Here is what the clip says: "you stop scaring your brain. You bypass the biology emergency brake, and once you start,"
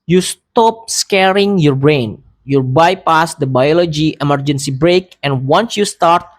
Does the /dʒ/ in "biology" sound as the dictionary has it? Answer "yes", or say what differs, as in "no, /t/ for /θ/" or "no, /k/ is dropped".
yes